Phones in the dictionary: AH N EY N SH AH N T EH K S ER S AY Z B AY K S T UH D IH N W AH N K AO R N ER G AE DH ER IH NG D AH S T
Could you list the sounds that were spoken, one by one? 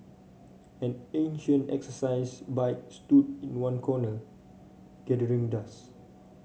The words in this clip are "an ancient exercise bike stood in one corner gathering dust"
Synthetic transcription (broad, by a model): AH N EY N SH AH N T EH K S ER S AY S B AY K S T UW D IH N W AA N K AO N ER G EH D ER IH NG D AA S